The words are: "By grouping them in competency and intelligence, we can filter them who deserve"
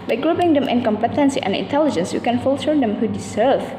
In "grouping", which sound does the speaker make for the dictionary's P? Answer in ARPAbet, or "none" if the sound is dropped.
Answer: B